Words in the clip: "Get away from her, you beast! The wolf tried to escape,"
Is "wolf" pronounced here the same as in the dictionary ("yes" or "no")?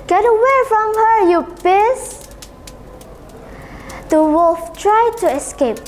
no